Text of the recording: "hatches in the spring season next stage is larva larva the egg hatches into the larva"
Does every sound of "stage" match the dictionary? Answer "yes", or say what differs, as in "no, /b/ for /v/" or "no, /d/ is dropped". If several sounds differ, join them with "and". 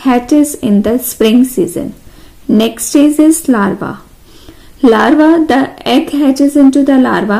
no, /z/ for /dʒ/